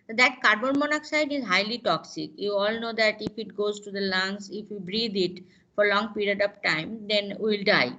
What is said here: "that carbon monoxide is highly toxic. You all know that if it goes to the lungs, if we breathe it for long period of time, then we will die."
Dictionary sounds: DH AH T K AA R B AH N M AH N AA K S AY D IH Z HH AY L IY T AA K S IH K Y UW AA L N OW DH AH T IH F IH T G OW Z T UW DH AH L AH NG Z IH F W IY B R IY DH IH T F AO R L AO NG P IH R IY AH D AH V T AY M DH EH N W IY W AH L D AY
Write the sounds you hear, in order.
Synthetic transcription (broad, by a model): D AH T K AA R B AH N M AH N AA K S AY D IH Z HH AY L IY T AA K S IH K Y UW AA L N OW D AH T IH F IH T G OW Z T UW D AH L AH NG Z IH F W IY B R IY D IH T F AO R L AO NG P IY R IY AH D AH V T AY M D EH N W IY L D AY